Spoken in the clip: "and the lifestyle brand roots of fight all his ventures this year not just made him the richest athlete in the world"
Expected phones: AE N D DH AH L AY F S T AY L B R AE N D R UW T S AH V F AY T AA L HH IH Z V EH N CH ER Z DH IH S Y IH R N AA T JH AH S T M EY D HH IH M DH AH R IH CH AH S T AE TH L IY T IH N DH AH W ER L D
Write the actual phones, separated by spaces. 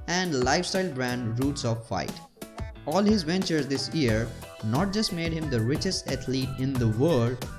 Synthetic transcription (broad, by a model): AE N D L AY F S T AY L B R AE N D R UW T S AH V F AY T AA L HH IH Z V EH N CH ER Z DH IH S Y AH R N AA T JH AH S T M EY D HH IH M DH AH R IH CH AH S T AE T L IY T IH N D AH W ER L D